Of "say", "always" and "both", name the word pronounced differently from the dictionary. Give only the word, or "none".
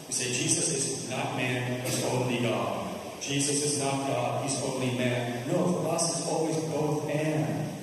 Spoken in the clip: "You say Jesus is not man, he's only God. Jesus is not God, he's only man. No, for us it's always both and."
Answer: none